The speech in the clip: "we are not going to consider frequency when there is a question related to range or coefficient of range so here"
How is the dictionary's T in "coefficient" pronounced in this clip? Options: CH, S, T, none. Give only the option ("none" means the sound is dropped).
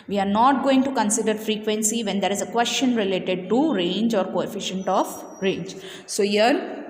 T